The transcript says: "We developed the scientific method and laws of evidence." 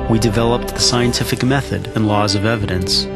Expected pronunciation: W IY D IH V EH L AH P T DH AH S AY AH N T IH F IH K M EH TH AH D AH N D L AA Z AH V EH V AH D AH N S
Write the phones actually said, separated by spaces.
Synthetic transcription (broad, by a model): W IY D IH V EH L AH P T DH AH S AY AH N T IH F IH K M EH TH AH D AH N L AA Z AH V EH V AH D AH N S